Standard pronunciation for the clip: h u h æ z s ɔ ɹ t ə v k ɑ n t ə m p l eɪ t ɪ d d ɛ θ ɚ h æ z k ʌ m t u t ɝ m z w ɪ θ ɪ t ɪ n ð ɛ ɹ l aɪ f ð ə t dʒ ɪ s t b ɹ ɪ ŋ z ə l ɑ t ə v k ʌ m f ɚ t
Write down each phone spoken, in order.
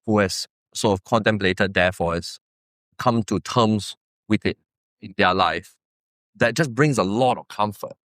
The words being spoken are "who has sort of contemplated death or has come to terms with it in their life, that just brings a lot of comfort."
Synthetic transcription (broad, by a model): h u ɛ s ɔ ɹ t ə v k ɑ n t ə m p l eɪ t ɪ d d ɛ f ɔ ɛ s k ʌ m t u t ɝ m s w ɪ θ ɪ t ɪ n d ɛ l aɪ f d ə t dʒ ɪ s b ɹ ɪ ŋ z ə l ɑ t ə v k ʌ m f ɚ t